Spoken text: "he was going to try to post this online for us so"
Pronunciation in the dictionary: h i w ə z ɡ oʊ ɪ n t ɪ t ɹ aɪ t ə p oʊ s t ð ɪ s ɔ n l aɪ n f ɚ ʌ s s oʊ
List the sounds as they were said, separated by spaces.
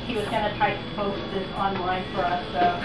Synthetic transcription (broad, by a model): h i w ə z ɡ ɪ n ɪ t aɪ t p oʊ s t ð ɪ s ɔ n l aɪ n f ɚ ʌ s s oʊ